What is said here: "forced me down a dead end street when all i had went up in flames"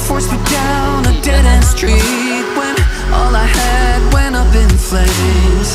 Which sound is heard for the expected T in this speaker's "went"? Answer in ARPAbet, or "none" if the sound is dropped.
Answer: none